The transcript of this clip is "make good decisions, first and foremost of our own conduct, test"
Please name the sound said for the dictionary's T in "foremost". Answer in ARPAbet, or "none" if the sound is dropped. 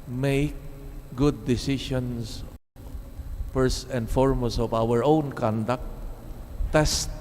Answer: none